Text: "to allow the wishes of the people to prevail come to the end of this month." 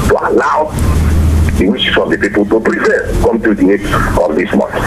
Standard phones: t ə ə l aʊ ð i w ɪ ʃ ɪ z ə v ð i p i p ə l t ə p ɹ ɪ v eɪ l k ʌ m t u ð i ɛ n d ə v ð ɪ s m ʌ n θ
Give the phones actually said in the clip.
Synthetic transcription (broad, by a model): t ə ə l aʊ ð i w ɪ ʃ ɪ s ə v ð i p i p ə l t ə p ɹ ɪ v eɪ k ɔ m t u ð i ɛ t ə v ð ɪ s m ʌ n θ